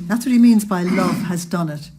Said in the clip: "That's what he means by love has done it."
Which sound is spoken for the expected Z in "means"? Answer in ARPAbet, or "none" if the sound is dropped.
Z